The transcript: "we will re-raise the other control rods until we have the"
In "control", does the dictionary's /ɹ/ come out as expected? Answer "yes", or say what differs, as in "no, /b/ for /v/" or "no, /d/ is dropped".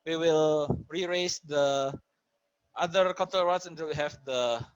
no, /ɹ/ is dropped